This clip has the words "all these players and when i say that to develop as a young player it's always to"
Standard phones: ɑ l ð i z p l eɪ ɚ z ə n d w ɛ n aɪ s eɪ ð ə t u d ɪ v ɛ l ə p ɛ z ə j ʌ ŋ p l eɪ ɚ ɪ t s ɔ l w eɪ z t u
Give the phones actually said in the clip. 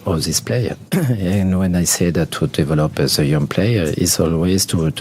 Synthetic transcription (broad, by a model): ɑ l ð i s p l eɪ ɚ ə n w ɛ n aɪ s eɪ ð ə t u d ɪ v ɛ l ə p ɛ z ə j ʌ ŋ p l eɪ ɚ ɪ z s ɔ l w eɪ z t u